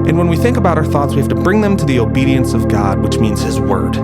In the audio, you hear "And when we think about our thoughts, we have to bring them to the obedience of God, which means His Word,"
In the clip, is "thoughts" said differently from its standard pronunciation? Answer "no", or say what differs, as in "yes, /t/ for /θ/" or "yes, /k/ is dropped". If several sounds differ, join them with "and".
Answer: no